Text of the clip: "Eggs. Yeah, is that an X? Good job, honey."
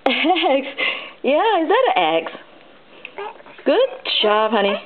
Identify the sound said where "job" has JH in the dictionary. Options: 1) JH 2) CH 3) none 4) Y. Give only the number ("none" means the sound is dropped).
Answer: 2